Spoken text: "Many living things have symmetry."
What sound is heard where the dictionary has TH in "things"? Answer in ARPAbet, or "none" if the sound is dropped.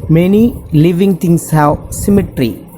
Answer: T